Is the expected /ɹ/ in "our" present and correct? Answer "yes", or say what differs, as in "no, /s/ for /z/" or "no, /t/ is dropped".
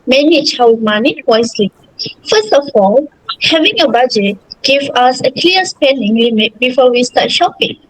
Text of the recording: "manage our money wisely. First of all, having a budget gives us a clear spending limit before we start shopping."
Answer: no, /w/ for /ɹ/